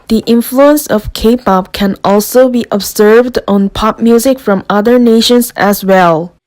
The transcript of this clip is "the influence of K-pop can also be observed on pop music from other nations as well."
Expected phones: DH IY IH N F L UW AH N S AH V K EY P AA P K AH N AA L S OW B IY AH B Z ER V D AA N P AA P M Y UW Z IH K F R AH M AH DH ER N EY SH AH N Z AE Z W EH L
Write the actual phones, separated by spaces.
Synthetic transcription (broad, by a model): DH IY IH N F L UW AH N S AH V K EY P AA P K AH N AA L S OW B IY AH B Z ER V D AA N P AA P M Y UW Z IH K F R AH M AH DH ER N EY SH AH N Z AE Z W EH L